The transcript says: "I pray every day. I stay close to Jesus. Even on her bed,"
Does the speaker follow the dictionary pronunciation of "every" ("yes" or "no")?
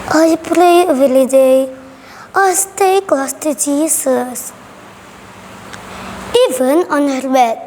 no